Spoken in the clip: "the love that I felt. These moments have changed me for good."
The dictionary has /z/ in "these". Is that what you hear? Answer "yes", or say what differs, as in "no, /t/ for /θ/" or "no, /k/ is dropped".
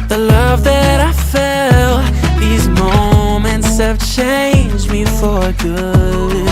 yes